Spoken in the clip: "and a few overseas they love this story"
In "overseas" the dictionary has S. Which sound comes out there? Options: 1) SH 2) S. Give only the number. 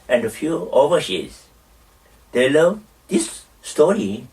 1